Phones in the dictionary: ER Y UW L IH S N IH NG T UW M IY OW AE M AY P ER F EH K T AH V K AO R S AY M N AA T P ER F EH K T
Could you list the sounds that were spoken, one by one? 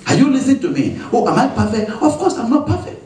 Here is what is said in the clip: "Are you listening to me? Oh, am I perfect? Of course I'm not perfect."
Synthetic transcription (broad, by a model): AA Y UW L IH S IH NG T UW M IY OW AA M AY P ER F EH K T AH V K AO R S AY M N AA T P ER F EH K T